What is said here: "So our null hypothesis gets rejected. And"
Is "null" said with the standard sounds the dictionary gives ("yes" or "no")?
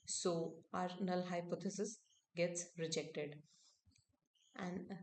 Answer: yes